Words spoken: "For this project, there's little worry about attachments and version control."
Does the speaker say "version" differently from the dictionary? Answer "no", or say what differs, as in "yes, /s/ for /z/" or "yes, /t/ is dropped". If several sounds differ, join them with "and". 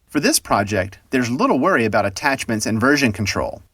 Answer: no